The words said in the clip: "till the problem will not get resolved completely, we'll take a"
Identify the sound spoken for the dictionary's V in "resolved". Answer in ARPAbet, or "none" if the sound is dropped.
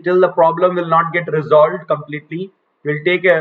V